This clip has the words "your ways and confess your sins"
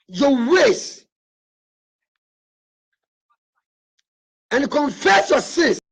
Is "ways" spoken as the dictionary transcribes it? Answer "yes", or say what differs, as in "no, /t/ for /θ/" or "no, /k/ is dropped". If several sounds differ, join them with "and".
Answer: no, /s/ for /z/